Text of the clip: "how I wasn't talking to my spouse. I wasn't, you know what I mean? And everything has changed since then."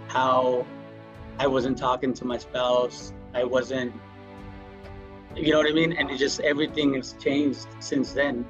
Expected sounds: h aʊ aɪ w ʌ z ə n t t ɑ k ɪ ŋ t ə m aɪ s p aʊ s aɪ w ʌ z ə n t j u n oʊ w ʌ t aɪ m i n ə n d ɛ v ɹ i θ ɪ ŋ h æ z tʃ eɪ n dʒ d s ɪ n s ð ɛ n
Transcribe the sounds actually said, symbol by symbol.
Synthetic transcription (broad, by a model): h aʊ aɪ w ʌ z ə n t t ɑ k ɪ ŋ t ə m aɪ s p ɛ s aɪ w ʌ z ə n t j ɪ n oʊ w ʌ t aɪ m i n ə n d ɛ v ɹ i θ ɪ ŋ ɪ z tʃ eɪ n dʒ d s ɪ n s ð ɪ n